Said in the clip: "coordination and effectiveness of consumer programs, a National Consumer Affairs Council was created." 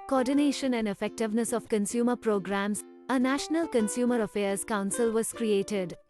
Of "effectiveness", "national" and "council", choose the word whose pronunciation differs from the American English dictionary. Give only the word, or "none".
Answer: none